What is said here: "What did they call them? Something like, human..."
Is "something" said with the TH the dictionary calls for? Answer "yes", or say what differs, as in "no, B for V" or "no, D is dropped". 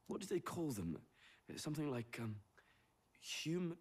yes